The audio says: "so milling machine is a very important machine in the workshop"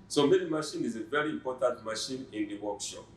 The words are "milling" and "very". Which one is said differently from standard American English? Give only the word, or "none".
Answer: milling